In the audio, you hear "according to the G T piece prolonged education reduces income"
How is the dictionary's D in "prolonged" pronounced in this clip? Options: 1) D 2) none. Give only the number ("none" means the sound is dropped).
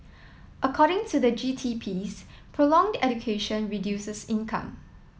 1